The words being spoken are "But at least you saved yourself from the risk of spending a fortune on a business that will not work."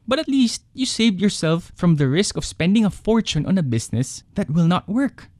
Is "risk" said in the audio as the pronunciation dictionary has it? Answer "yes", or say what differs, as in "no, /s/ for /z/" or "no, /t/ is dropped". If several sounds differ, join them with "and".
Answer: yes